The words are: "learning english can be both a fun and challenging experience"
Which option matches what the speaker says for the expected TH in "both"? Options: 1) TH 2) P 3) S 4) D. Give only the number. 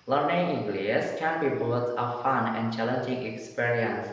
3